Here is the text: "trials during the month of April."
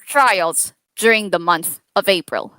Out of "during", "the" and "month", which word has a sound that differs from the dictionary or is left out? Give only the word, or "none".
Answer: none